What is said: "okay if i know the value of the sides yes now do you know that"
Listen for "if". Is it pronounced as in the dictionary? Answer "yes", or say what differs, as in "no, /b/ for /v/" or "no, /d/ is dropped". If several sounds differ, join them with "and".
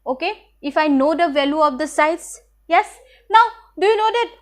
yes